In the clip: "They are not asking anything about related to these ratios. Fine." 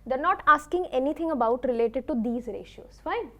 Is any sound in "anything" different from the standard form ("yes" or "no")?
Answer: yes